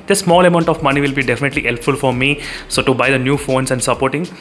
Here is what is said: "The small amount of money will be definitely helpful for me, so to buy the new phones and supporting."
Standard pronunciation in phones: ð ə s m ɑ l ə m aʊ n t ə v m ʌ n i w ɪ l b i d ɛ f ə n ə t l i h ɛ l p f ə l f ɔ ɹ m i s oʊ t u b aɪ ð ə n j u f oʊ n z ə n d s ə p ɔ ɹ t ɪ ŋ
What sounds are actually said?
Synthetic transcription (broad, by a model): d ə s m ɑ l ə m aʊ n t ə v m ʌ n i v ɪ l b i d ɛ f ə n ə t l i h ɛ l p f ə l f ɔ ɹ m i s oʊ t u b aɪ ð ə n j u f oʊ n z ə n d s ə p ɔ ɹ t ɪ ŋ